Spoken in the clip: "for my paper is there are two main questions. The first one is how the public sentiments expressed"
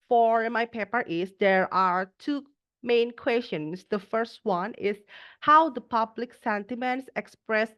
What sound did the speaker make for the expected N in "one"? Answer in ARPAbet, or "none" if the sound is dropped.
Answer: N